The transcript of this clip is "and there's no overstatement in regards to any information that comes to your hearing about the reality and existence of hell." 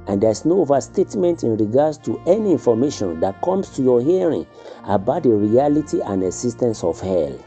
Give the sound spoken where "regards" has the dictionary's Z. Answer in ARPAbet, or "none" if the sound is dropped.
S